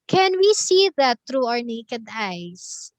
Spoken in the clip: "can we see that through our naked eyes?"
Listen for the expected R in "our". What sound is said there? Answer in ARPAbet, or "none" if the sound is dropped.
R